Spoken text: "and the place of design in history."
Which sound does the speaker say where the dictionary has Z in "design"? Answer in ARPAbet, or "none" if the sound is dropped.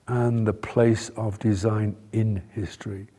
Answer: Z